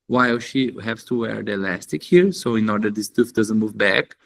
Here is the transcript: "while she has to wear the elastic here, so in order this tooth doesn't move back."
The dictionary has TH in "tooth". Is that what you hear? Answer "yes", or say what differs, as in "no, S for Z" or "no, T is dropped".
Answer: no, F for TH